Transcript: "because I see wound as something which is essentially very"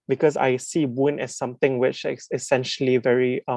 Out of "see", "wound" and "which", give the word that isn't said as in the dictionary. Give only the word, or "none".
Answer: wound